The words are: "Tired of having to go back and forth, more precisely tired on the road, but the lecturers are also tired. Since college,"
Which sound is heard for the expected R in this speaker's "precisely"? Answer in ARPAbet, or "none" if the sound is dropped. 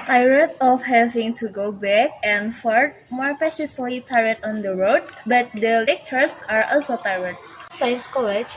none